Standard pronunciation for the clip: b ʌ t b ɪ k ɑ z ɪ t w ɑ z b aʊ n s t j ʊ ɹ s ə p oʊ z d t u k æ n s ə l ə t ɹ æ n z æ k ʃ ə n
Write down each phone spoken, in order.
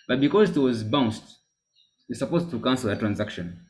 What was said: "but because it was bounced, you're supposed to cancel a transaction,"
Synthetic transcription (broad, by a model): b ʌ t b ɪ k ɑ z ɪ t w ɑ z b aʊ n s t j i s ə p oʊ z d t u k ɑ n s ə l ə t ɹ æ n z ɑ k ʃ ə n